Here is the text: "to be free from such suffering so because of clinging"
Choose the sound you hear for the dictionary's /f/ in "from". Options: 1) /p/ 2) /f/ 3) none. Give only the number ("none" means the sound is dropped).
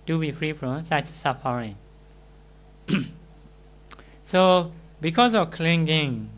1